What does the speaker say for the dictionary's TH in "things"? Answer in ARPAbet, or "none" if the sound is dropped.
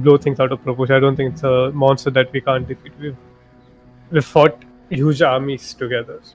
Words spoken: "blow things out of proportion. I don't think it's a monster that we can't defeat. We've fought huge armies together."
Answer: T